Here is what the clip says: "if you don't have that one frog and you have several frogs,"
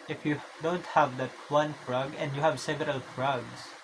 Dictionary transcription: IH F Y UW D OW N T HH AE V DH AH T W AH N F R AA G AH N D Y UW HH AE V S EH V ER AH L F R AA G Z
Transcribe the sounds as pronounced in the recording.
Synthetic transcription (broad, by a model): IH F Y UW D OW N T HH AE V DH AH T W AH N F R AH G AH N D Y UW HH AE V S EH V ER AH L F R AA G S